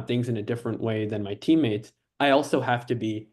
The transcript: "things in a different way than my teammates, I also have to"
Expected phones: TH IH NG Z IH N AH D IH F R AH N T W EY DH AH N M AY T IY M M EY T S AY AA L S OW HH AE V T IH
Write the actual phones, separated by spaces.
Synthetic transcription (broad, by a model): TH IH NG Z IH N AH D IH F R AH N T W EY DH AH N M AY T IY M M EY T S AY AA L S OW HH AE F T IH